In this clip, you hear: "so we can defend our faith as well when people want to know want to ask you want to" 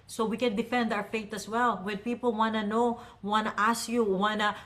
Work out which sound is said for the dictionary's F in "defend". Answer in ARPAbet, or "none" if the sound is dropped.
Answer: F